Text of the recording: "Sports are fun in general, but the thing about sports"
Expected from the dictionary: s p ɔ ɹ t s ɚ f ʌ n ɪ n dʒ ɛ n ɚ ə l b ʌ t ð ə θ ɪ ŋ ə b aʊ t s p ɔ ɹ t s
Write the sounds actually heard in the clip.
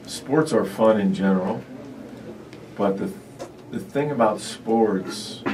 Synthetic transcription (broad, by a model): s p ɔ ɹ t s ɚ f ʌ n ɪ n dʒ ɛ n ɚ l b ʌ t ð ə θ ɪ ŋ ə b aʊ t s p ɔ ɹ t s